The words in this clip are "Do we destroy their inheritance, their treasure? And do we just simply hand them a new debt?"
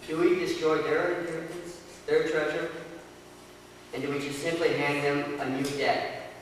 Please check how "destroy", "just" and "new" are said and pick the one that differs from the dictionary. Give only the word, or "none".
just